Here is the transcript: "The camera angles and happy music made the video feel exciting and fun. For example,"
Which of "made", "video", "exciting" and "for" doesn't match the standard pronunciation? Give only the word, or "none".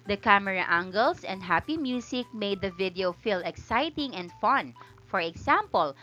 none